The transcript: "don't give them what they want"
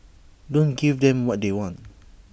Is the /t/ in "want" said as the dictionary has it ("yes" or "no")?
yes